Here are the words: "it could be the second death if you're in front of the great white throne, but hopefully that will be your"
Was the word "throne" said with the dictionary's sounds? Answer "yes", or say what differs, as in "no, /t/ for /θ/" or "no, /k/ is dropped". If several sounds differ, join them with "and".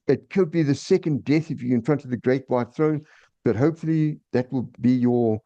yes